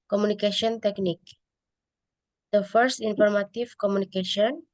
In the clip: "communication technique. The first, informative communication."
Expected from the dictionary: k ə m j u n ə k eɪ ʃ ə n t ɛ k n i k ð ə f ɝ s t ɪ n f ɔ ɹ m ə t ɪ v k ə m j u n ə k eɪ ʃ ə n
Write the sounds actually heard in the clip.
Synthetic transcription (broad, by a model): k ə m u n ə k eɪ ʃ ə n t ɛ k n i k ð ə f ɝ s t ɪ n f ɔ ɹ m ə t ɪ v k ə m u n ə k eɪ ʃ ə n